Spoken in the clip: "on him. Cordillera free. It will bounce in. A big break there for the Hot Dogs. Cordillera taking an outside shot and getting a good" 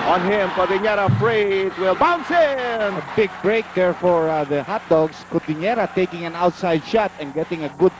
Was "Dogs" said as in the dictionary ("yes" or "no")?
no